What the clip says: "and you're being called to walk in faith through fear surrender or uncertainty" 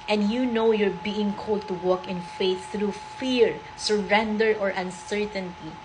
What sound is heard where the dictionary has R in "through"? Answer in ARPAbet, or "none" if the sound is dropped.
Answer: R